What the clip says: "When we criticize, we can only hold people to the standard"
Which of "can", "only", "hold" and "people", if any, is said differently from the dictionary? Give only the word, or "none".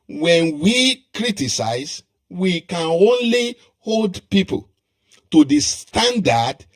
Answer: none